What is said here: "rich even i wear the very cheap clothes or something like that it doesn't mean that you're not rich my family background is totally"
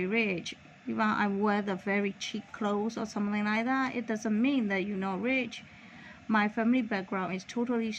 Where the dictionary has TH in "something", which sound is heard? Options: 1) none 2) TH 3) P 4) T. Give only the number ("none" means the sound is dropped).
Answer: 2